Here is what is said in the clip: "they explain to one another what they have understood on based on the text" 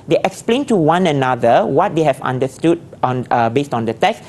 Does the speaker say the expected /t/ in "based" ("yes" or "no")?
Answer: yes